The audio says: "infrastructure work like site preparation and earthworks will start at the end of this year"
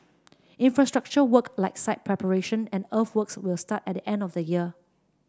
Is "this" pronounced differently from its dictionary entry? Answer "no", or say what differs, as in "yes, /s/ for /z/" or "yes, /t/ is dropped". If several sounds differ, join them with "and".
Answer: yes, /s/ is dropped